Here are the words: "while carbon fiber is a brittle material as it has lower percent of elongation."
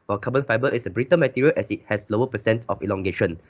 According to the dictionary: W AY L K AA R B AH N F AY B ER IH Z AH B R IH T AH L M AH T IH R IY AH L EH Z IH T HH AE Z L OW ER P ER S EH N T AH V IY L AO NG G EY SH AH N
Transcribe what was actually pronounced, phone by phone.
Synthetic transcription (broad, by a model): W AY K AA B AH N F AY B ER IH S AH B R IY T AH N M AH T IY R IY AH L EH S IH T HH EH S L OW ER P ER S EH N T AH F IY L AO NG G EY SH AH N